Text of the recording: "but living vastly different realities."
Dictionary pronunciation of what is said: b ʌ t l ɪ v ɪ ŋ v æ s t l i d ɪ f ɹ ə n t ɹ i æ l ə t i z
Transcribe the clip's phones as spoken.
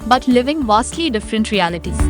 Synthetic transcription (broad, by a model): b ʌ t l ɪ v ɪ ŋ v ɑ s t l i d ɪ f ɹ ə n t ɹ i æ l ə t i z